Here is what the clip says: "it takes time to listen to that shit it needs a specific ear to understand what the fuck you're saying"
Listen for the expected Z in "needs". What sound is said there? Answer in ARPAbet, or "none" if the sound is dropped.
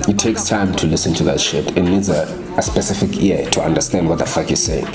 Z